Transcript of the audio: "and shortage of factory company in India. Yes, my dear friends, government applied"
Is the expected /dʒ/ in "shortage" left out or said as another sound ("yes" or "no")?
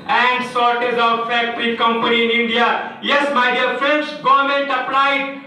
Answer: yes